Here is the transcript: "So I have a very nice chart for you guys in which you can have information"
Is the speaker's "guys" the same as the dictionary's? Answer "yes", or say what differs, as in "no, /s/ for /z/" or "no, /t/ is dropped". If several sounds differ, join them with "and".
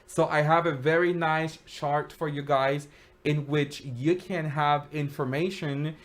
yes